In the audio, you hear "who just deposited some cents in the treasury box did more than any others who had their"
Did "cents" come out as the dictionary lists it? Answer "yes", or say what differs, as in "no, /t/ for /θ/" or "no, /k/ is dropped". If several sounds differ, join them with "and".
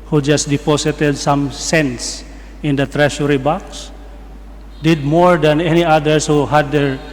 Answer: yes